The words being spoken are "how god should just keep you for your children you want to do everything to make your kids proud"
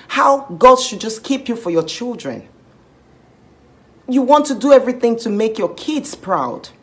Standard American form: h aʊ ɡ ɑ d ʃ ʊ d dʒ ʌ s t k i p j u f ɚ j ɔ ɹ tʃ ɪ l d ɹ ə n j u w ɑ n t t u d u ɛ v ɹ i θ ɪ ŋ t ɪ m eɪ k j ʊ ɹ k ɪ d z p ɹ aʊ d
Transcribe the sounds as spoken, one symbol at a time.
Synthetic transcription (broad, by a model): h aʊ ɡ ɑ d ʃ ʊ d dʒ ʌ s k i p j u f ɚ j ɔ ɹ tʃ ɪ l d ɹ ə n j u w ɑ n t t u d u ɛ v ɹ i θ ɪ ŋ t ɪ m eɪ k j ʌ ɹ k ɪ d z p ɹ aʊ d